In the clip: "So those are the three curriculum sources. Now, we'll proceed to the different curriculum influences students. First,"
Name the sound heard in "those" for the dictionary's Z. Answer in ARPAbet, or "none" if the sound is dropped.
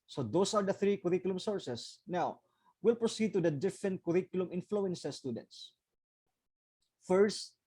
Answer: S